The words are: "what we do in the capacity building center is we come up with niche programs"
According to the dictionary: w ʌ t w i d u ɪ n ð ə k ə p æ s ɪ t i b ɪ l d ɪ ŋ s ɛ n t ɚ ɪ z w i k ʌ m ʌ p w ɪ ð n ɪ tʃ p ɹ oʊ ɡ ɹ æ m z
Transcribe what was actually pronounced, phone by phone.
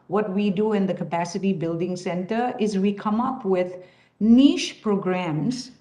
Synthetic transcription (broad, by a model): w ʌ t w i d u ɪ n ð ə k ə p æ s ɪ t i b ɪ l d ɪ ŋ s ɛ n t ɚ ɪ z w i k ʌ m ʌ p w ɪ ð n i ʃ p ɹ oʊ ɡ ɹ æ m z